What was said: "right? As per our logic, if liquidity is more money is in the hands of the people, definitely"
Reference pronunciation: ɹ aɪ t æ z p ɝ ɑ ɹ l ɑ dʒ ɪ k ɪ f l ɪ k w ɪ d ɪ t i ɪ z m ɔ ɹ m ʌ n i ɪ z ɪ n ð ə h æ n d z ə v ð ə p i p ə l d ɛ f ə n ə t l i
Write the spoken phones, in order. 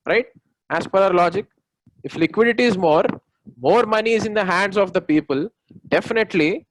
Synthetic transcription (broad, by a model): ɹ aɪ t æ s p ɝ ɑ ɹ l ɑ dʒ ɪ k ɪ f l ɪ k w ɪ d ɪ t i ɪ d m ɔ ɹ m ʌ n i ɪ z ɪ n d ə h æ n d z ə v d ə p i p ə l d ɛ f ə n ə t l i